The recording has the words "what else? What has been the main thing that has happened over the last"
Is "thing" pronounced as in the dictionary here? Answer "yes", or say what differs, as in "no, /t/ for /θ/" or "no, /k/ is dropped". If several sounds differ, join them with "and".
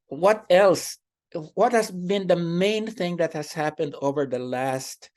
yes